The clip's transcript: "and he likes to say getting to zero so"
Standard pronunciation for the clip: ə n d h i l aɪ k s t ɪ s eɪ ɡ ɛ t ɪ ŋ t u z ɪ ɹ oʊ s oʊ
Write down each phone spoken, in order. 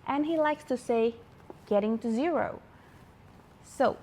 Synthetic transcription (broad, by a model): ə n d h i l aɪ k s t ɪ s eɪ ɡ ɛ t ɪ ŋ t u z ɪ ɹ oʊ s oʊ